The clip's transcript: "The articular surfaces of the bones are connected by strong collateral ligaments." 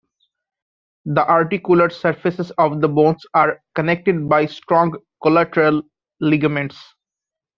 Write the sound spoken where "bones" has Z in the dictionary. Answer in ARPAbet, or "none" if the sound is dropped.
S